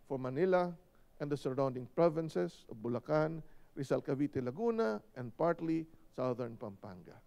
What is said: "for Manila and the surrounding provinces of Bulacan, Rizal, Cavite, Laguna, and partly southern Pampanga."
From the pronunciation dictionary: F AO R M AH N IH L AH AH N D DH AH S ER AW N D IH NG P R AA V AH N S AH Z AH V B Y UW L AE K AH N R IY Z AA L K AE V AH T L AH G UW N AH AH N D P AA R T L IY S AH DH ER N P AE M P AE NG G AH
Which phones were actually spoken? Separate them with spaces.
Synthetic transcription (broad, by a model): F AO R M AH N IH L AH AH N D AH S ER AW N D IH NG P R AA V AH N S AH S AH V B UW L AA K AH N R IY S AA L K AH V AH T L AH G UW N AH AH N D P AA R T L IY S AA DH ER N P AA M P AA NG G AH